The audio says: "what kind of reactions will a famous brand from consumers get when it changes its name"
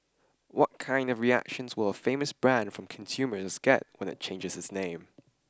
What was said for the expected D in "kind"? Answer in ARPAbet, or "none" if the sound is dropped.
D